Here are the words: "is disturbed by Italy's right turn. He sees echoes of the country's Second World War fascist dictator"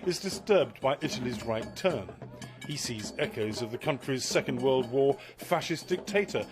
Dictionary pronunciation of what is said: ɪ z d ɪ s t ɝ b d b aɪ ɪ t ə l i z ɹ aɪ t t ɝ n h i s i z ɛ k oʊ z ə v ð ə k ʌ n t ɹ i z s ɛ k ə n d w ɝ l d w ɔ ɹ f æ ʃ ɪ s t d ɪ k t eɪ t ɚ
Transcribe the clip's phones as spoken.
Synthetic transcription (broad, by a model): ɪ z d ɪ s t ɝ b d b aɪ ɪ t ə l i z ɹ aɪ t t ɝ n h i s i z ɛ k oʊ z ə v ð ə k ʌ n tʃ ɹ i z s ɛ k ə n d w ɝ l d w ɔ ɹ f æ ʃ ɪ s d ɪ k t eɪ t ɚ